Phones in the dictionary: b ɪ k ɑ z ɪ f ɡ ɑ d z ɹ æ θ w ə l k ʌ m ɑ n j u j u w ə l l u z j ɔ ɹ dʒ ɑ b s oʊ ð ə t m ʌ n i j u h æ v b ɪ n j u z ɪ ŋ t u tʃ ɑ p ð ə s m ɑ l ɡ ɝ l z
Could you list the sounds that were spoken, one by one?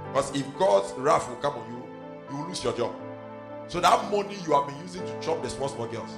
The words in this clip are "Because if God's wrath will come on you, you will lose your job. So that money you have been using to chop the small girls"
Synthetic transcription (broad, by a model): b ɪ k ɑ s ɪ f ɡ ɑ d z ɹ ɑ f w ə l k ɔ m ɑ n j u j u w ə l l u s j ɔ dʒ ɑ b s oʊ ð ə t m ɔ n i j u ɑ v b ɪ n j u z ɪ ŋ t u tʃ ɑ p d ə s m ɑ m ɡ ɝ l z